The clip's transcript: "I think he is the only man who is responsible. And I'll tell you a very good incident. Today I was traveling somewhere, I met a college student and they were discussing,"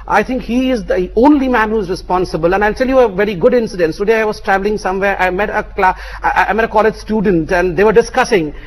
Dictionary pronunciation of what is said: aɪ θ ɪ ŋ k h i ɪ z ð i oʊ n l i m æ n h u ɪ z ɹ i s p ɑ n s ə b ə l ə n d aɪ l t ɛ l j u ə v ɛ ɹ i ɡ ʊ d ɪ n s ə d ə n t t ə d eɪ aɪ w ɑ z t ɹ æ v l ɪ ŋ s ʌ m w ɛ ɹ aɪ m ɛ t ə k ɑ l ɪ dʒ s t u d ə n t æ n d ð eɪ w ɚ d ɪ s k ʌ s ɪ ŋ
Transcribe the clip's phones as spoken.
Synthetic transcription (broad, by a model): aɪ t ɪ ŋ k h i ɪ z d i oʊ n l i m æ n h u ɪ z ɹ i s p ɑ n s ə b ə l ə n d aɪ l t ɛ l j u ə v ɛ ɹ i ɡ ʊ d ɪ n s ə d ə n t t ə d eɪ aɪ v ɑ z t ɹ æ v l ɪ ŋ s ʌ m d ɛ l aɪ m ɛ t ə k ɑ l ɪ dʒ s t u d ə n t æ n d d eɪ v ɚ d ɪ s k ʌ s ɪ ŋ